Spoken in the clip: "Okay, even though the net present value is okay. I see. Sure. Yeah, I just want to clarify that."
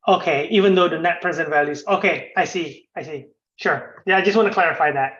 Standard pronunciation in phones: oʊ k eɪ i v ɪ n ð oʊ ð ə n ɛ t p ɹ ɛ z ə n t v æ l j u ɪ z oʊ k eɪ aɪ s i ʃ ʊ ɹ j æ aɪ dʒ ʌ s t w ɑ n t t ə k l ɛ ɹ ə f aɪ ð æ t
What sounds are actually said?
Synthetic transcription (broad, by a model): oʊ k eɪ i v ɪ n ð oʊ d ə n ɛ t p ɹ ɛ z ə n t v æ l j u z oʊ k eɪ aɪ s i ʃ ʊ ɹ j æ aɪ dʒ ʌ s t w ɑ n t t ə k l ɛ ɹ ə f aɪ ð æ t